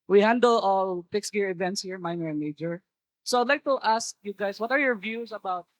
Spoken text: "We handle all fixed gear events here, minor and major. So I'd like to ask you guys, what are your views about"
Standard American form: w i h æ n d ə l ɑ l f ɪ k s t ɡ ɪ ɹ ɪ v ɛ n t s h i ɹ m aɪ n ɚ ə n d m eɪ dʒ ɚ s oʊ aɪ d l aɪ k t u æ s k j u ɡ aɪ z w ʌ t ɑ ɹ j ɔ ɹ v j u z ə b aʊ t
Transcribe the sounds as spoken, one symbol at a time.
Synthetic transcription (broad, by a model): w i h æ n d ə l ɑ l p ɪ k s ɡ ɪ ɹ ɪ v ɛ n t s h i ɹ m aɪ n ɚ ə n m eɪ dʒ ɚ s oʊ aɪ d l aɪ k t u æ s k j u ɡ aɪ s w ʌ t ɑ ɹ j ɔ ɹ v j u s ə b aʊ t